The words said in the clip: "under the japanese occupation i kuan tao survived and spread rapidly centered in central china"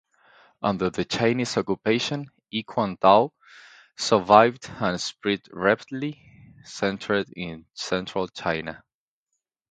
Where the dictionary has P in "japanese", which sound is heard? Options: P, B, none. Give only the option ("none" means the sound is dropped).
none